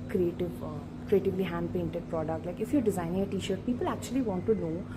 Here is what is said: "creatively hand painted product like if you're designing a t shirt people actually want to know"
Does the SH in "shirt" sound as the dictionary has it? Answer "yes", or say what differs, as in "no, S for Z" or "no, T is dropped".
yes